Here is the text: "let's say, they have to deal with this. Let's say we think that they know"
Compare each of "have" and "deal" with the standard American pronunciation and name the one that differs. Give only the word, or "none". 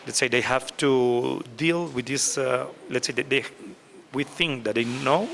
have